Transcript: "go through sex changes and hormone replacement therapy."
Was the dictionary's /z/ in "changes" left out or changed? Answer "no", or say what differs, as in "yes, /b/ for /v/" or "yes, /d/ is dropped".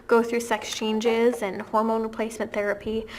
no